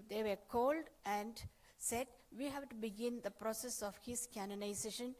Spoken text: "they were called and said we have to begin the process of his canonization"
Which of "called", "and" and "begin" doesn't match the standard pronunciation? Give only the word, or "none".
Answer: none